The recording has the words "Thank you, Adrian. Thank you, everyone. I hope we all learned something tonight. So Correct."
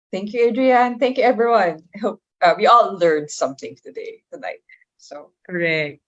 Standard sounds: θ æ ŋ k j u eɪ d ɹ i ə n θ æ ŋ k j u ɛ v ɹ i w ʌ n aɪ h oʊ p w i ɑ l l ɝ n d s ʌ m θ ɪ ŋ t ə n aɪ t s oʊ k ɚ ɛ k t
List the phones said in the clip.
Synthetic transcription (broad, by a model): θ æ ŋ k j u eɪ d ɹ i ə n θ æ ŋ k j u ɛ v ɹ i w ʌ n aɪ h oʊ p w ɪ ɑ l l ɝ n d s ʌ m θ ɪ ŋ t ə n aɪ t s oʊ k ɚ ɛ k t